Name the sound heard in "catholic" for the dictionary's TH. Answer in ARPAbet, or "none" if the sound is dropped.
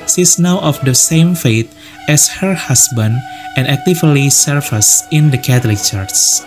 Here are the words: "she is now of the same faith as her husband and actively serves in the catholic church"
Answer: T